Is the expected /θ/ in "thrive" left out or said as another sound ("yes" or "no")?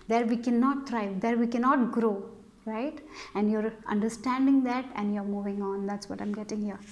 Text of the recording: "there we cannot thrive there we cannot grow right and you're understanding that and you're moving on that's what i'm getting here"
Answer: yes